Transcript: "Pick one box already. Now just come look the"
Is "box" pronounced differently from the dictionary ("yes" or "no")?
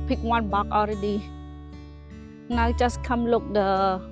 yes